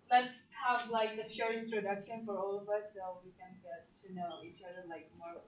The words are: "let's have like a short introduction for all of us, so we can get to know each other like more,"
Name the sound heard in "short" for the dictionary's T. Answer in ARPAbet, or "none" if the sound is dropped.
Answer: none